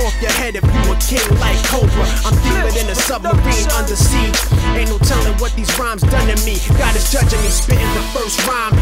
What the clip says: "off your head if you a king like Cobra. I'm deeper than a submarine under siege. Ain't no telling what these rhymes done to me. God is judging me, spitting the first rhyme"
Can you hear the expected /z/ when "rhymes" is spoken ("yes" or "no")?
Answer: yes